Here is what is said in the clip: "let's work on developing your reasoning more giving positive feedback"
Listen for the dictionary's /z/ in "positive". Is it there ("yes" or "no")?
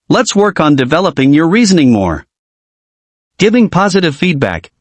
yes